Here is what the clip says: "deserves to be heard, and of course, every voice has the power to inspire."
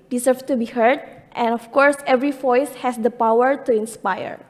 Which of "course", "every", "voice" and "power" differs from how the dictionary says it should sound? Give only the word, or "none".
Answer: none